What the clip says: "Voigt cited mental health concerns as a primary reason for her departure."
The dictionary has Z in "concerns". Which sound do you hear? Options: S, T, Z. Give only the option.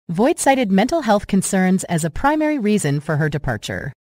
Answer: Z